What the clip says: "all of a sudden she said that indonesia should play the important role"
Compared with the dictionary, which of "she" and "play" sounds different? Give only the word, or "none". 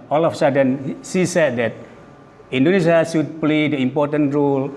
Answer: she